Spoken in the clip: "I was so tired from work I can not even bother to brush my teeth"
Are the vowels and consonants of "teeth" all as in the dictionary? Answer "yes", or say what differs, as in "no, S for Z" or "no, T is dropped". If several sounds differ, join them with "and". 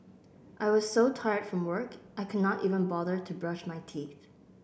yes